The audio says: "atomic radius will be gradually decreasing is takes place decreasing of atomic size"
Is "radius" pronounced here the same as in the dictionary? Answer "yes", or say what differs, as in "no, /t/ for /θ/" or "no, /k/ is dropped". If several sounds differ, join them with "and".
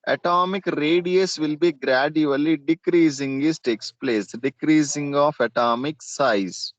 yes